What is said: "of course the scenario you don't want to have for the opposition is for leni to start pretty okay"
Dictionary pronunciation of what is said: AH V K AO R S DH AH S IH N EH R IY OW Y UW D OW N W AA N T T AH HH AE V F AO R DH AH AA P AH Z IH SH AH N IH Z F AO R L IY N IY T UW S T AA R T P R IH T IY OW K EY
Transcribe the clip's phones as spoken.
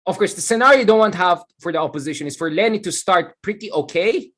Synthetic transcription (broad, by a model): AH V K AO R S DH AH S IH N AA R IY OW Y D OW N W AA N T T HH AE V F AO R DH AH AA P AH Z IH SH AH N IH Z F AO R L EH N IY T UW S T AA R T P R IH T IY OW K EY